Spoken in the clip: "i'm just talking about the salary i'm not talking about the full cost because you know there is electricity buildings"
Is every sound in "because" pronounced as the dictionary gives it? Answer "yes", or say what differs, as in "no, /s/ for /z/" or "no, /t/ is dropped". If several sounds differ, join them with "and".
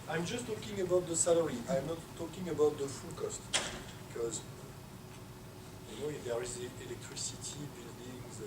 yes